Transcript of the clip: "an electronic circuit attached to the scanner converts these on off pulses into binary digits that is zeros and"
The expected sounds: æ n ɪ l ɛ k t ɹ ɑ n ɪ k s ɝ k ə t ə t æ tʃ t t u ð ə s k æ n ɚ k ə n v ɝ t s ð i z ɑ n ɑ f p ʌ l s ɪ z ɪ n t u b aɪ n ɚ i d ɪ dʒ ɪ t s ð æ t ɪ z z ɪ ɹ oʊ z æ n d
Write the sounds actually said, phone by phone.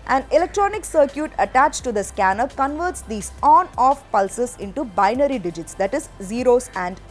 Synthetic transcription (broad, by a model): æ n ɪ l ɛ k t ɹ ɑ n ɪ k s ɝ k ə t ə t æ tʃ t t u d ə s k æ n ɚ k ə n v ɝ t s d i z ɑ n ɑ f p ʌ l s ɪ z ɪ n t u b aɪ n ɚ i d ɪ dʒ ɪ t s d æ t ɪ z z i ɹ oʊ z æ n d